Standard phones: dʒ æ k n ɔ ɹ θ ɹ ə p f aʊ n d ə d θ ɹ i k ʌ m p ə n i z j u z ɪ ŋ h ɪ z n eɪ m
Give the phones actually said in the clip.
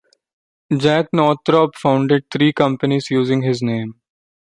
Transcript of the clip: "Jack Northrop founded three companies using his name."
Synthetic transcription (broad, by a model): dʒ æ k n ɔ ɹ t ɹ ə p f aʊ n d ə d t ɹ i k ʌ m p ə n i z j u z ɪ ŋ h ɪ z n eɪ m